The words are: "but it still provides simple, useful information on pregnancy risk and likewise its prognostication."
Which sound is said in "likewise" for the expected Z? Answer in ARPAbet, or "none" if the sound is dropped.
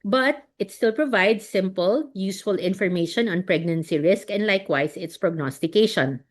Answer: S